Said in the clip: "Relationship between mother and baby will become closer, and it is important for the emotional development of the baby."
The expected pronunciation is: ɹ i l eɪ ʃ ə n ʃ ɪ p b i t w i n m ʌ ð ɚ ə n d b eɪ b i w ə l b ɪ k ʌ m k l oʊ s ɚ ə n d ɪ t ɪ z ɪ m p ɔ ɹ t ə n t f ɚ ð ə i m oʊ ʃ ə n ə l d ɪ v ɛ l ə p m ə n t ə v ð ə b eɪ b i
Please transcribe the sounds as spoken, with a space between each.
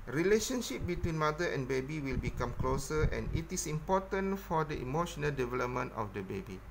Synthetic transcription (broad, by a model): ɹ i l eɪ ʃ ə n ʃ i p b i t w i n m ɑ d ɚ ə n b eɪ b i w ə l b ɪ k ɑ m k l oʊ s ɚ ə n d ɪ t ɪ s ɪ m p ɔ t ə n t f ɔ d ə i m oʊ ʃ ə n ə l d ɪ v ɛ l ə p m ə n t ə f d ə b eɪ b i